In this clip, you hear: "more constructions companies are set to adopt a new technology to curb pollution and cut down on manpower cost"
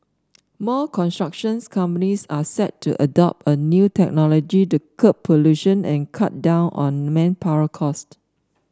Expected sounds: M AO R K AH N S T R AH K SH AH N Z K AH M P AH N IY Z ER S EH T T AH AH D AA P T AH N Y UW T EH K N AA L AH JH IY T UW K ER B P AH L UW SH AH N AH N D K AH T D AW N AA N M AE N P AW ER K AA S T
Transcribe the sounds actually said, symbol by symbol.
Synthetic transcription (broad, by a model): M AO K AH N S T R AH K SH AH N S K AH M P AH N IY S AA S EH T T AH AH D AA P T AH N Y UW T EH K N AA L AH JH IY T UW K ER P AH L UW SH AH N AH N K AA T D AW N AA N M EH N P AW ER K AA S T